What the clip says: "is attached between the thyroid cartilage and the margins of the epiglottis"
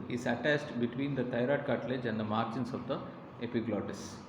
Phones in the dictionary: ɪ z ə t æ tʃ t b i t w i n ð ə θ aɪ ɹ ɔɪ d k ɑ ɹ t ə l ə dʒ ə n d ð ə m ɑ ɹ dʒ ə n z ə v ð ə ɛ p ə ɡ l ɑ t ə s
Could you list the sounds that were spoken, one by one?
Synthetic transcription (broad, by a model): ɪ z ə t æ s t b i t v i n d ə t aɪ ɹ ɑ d k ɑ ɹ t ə l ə dʒ ə n d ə m ɑ ɹ tʃ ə n s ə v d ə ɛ p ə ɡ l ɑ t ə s